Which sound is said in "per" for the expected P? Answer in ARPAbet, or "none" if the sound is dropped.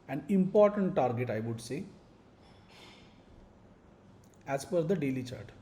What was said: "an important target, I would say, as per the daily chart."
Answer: F